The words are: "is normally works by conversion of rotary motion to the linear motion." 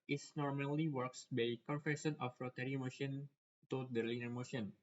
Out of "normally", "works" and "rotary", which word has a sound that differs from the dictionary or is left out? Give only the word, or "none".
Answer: none